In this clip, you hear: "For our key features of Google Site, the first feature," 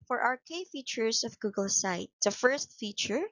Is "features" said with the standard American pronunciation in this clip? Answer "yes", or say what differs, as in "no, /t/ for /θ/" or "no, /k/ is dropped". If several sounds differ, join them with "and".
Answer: no, /s/ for /z/